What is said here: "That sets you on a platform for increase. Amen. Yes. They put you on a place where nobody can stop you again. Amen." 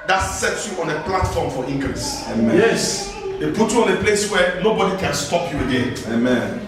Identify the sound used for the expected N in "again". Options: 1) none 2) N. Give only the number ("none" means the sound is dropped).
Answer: 1